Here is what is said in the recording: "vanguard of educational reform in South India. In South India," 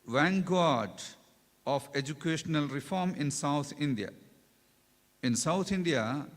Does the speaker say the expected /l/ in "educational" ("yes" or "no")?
yes